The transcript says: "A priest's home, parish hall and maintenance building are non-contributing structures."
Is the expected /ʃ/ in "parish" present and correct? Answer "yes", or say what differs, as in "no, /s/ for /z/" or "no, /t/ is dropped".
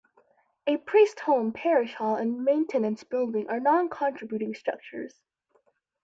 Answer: yes